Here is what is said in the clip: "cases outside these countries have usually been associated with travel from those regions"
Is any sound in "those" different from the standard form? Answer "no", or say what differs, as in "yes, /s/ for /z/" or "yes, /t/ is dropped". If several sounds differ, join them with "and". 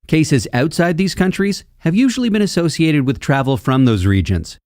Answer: no